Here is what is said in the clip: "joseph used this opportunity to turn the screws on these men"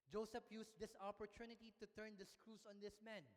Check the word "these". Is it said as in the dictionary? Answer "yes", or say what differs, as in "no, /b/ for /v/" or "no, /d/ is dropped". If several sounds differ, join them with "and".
no, /s/ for /z/